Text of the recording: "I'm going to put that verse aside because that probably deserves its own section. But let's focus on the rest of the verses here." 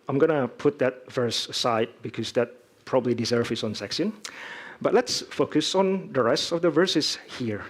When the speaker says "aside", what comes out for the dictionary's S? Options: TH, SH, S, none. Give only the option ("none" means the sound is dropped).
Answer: none